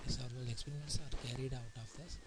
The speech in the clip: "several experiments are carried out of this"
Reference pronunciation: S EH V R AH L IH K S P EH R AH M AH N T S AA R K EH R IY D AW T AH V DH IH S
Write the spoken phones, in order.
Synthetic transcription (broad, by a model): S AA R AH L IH K S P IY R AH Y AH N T S AA R K EH R IY D AW T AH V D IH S